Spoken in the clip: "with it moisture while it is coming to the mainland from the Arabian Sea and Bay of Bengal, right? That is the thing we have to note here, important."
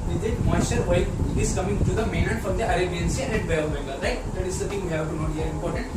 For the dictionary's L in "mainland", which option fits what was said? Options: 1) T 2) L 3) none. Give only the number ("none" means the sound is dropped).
3